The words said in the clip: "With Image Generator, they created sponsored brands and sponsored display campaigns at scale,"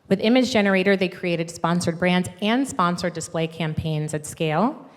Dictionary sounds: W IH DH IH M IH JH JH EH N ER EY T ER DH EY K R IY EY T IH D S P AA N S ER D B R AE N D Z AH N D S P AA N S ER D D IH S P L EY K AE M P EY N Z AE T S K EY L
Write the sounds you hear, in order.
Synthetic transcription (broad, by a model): W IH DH IH M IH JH JH EH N ER EY T ER DH EY K R IY EY T IH D S P AA N S ER D B R AE N D Z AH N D S P AA N S ER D D IH S P L EY K AE M P EY N Z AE T S K EY L